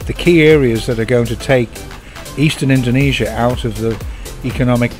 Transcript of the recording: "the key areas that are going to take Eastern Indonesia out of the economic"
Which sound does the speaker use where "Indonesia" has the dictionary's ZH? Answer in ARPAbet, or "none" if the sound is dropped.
ZH